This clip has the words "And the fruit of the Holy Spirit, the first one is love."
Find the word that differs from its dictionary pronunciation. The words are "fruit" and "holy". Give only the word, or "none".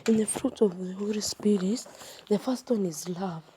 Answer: none